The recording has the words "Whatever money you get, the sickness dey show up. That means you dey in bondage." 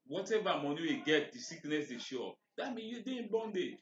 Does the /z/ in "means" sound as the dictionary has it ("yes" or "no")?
no